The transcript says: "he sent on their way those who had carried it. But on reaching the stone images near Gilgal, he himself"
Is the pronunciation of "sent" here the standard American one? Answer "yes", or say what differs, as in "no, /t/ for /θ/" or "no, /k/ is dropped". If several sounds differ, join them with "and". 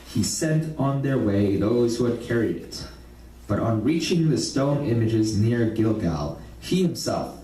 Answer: yes